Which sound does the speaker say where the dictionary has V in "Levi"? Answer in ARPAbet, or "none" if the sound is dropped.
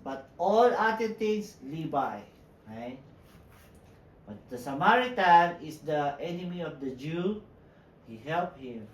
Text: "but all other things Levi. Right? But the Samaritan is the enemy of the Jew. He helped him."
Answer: B